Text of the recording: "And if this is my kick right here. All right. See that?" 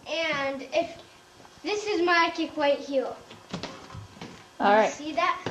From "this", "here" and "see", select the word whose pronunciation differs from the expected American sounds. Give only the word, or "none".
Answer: here